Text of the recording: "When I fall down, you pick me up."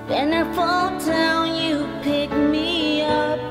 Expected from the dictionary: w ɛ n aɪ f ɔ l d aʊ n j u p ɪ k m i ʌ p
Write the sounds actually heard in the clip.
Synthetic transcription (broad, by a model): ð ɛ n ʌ f ɔ l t aʊ n j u p ɪ k m i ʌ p